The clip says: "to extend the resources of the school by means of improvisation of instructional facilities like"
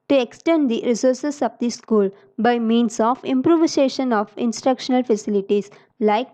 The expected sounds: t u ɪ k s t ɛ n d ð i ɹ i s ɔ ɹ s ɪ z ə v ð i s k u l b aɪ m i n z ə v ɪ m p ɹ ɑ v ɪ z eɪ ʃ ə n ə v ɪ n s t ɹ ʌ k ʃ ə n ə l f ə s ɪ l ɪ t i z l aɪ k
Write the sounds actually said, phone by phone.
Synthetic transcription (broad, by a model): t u ɪ k s t ɛ n d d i ɹ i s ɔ ɹ s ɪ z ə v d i s k u l b aɪ m i n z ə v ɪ m p ɹ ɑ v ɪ s eɪ ʃ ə n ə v ɪ n s t ɹ ʌ k ʃ ə n ə l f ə s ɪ l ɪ t i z l aɪ k